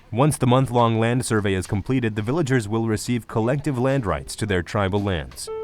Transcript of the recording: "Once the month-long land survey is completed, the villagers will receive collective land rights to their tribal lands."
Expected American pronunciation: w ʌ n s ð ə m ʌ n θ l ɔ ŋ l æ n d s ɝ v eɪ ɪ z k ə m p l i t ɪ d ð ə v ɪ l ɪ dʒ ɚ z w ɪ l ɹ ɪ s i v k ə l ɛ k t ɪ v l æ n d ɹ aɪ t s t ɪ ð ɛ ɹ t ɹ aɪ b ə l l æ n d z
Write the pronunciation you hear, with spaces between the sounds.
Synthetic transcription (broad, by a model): w ʌ n s ð ə m ʌ n θ l ɔ ŋ l æ n d s ɝ v eɪ ɪ z k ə m p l i t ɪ d ð ə v ɪ l ɪ dʒ ɚ z w ɪ l ɹ ɪ s i v k ə l ɛ k t ɪ v l æ n d ɹ aɪ t s t ɪ ð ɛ ɹ t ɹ aɪ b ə l l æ n d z